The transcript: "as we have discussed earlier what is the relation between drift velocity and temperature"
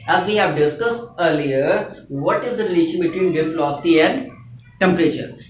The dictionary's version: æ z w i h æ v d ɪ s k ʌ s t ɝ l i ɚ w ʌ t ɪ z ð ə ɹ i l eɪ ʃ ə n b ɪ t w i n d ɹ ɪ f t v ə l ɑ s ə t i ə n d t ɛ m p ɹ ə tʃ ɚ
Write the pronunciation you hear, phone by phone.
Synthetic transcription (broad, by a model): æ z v i h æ v d ɪ s k ʌ s t ɝ l i ɚ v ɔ t ɪ z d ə ɹ i l eɪ ʃ ə n b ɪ t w i n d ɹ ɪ t f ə l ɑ s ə t i ə n d t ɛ m p ɹ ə tʃ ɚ